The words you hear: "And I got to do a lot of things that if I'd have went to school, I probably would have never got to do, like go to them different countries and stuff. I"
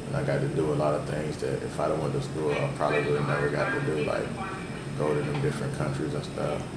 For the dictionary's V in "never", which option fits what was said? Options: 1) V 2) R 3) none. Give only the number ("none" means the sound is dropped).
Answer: 1